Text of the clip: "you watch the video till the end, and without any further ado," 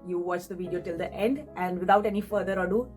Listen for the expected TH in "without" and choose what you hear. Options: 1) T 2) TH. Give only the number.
1